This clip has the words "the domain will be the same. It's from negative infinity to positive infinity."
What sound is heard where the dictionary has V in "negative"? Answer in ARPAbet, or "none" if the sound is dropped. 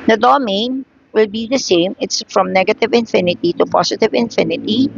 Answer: V